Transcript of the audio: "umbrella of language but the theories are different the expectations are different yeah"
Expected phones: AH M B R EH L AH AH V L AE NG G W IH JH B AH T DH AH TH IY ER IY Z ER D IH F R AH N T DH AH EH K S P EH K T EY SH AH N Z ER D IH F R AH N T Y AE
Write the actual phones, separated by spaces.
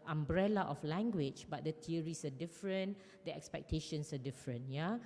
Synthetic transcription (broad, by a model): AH M B R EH L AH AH F L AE NG G W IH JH B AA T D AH T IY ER IY S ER D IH F R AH N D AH EH K S P EH K T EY SH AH N S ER D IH F R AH N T Y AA